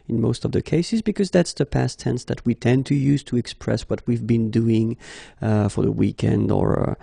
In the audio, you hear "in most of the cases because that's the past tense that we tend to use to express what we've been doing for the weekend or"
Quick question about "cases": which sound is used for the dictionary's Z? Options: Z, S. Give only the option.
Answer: Z